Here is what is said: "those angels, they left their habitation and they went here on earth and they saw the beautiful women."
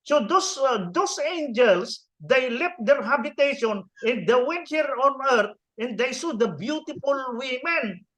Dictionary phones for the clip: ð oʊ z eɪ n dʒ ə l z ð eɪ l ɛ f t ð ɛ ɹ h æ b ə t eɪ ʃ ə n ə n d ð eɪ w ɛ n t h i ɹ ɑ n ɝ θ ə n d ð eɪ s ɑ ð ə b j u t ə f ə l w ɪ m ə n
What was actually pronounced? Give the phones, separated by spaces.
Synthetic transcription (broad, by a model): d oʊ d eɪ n dʒ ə l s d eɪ l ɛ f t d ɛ ɹ h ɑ b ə t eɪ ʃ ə n ə n d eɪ w ɛ n t h i ɹ ɑ n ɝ t ə n d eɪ s ɑ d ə b j u t ə f ə l w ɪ m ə n